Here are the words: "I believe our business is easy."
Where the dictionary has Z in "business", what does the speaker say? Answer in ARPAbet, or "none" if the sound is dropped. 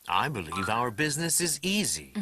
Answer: Z